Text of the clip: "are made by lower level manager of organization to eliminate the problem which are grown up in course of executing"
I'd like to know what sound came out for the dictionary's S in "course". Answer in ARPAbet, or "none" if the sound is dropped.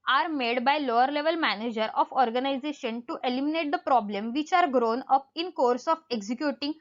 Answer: S